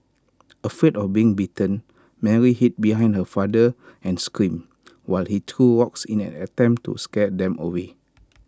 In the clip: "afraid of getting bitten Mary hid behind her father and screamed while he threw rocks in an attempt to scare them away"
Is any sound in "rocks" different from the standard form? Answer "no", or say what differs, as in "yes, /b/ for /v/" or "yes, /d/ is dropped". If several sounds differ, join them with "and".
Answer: yes, /w/ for /ɹ/